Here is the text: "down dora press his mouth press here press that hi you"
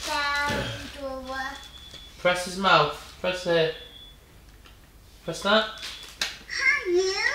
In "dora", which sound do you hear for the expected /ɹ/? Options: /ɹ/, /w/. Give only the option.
/w/